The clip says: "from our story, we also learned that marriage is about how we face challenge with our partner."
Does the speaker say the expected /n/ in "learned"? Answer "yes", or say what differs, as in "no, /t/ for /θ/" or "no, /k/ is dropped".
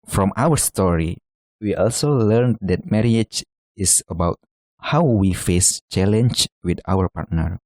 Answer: yes